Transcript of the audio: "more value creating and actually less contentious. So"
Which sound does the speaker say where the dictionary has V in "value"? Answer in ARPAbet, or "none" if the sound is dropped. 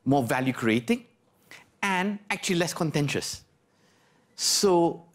V